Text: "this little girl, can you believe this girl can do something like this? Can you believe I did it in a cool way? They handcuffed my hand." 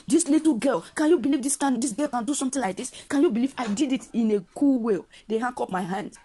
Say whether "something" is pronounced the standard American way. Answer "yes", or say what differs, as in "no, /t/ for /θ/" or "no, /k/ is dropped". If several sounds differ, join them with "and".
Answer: no, /t/ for /θ/